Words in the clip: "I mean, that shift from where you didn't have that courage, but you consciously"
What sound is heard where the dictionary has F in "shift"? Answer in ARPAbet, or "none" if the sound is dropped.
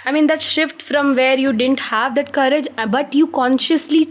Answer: F